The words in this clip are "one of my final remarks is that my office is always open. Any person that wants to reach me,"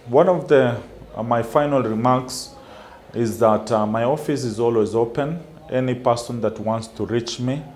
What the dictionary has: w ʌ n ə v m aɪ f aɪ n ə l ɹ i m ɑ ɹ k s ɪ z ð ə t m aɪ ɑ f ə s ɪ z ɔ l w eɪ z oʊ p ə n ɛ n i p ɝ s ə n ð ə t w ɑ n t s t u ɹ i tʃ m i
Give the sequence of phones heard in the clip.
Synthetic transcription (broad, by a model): w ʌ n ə v m aɪ f aɪ n ə l ɹ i m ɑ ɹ k s ɪ z ð ə t m aɪ ɑ f ə s ɪ z ɔ l w eɪ z oʊ p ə n ɛ n i p ɝ s ə n ð ə t w ɑ n t s t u ɹ i tʃ m i